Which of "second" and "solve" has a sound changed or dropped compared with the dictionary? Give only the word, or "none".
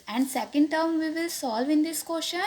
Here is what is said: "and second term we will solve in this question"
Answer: none